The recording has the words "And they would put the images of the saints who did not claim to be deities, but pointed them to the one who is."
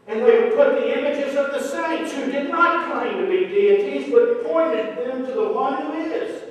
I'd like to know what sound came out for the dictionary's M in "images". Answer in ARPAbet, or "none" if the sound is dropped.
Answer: M